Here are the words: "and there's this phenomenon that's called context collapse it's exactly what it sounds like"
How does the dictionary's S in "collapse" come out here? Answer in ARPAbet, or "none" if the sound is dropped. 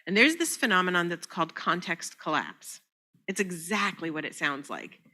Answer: S